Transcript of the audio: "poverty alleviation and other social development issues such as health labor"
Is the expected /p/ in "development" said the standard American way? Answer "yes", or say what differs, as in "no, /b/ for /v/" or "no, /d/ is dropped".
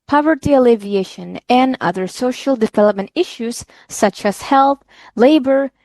yes